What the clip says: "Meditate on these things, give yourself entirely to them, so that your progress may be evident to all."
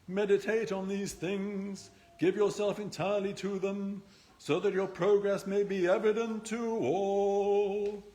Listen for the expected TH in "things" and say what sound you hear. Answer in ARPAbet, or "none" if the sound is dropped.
TH